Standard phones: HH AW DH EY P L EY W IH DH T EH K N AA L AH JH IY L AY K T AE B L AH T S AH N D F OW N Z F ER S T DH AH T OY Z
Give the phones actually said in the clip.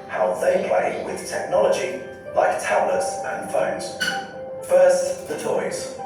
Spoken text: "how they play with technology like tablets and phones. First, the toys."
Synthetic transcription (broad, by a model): HH AW DH EY P L EY W IH DH T EH K N AA L AH JH IY L AY K T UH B L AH T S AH N F OW N Z F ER S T DH AH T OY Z